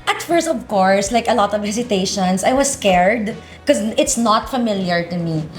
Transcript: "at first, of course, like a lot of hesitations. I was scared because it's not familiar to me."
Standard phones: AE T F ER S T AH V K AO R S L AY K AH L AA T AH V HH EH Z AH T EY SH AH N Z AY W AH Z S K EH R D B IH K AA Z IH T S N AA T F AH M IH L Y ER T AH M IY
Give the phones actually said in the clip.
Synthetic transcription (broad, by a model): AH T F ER S AH V K AO R S L AY K AH L AA T AH V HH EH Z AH T EY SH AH N S AY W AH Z S K EH R D K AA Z IH T S N AA T F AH M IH L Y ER T AH M IY